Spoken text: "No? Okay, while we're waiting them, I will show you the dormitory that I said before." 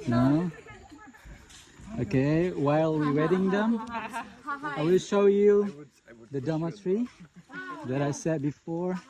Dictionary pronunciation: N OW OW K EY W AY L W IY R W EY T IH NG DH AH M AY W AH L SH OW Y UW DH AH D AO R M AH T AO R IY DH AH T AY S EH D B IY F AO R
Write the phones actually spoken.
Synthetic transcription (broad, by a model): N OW OW K EY W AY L W IY R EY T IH NG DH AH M AY W AH L SH OW Y UW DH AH D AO M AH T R IY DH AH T AY S EH D B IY F AO R